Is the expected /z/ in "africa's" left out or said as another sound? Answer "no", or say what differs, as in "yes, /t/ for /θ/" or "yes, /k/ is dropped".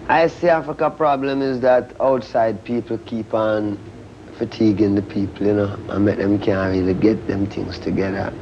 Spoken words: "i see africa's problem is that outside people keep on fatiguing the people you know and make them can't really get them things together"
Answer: yes, /z/ is dropped